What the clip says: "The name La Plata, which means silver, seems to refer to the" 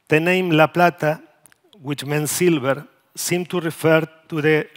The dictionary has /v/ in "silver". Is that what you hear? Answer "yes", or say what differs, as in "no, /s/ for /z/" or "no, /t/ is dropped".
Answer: no, /b/ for /v/